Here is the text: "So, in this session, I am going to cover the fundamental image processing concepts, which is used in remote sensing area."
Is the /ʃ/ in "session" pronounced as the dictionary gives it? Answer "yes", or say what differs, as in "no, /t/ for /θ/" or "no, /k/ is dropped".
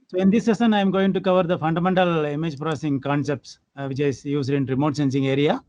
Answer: no, /s/ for /ʃ/